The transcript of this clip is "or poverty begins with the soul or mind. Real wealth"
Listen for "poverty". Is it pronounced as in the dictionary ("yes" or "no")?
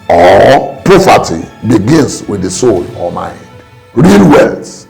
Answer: no